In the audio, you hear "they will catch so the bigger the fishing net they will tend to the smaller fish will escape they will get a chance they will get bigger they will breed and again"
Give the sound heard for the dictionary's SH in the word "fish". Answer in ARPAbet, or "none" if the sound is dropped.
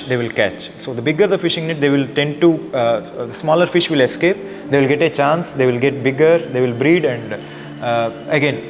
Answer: SH